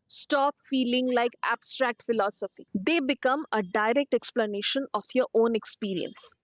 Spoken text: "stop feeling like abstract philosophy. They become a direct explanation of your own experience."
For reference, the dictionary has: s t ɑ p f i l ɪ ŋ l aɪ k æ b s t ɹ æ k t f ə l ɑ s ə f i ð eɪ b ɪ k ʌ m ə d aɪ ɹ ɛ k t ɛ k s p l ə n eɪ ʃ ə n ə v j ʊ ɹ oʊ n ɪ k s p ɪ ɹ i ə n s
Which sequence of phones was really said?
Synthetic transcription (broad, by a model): s t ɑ p f i l ɪ ŋ l aɪ k æ b s t ɹ æ k t f ə l ɑ s ə f i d eɪ b ɪ k ʌ m ə d aɪ ɹ ɛ k t ɛ k s p l ə n eɪ ʃ ə n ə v j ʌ ɹ oʊ n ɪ k s p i ɹ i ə n s